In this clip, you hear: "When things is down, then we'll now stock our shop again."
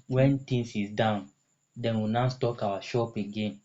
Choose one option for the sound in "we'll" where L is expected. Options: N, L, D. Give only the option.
N